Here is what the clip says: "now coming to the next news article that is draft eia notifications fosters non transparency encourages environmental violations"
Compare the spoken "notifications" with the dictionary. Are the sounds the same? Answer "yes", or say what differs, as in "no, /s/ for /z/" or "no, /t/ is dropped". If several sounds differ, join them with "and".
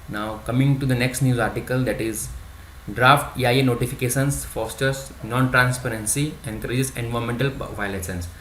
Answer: no, /s/ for /z/